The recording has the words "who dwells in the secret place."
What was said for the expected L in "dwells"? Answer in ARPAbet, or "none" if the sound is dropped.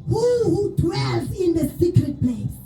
none